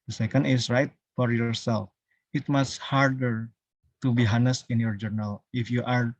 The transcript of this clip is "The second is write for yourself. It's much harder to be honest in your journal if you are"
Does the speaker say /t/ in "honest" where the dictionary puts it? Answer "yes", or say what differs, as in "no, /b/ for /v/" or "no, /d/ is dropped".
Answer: no, /t/ is dropped